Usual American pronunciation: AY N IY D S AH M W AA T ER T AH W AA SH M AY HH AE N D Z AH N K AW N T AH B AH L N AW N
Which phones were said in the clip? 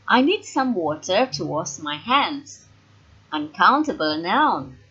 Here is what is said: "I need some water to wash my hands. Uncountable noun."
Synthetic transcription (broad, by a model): AY N IY D S AH M W AA T ER T AH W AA S M AY HH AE N D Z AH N K AW N T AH B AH L N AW N